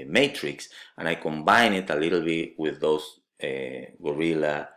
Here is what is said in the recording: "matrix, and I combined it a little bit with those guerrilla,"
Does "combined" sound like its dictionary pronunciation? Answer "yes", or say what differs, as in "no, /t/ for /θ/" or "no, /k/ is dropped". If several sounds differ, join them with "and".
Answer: no, /d/ is dropped